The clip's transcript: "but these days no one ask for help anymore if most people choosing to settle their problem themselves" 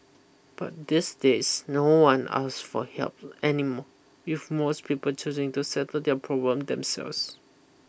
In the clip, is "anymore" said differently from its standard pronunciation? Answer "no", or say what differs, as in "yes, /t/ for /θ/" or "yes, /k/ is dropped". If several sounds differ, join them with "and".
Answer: yes, /w/ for /ɹ/